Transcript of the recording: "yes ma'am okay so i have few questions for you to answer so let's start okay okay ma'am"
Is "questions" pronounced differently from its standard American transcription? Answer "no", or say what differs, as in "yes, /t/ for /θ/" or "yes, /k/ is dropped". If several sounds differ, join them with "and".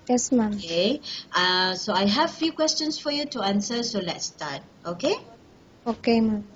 yes, /s/ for /z/